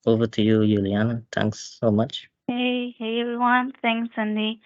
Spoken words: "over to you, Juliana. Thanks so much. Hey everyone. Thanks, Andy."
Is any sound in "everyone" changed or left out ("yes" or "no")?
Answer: yes